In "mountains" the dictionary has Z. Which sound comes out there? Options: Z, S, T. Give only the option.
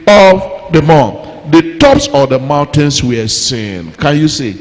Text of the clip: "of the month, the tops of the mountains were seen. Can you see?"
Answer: S